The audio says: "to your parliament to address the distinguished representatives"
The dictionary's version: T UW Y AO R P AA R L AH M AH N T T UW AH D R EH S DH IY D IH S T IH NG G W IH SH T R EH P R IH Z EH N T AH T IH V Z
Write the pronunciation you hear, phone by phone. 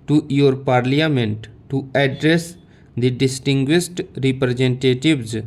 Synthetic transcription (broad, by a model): T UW Y AO R P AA R L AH M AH N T T UW AH D R EH S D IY D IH S T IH NG G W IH S T R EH P R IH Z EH N T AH T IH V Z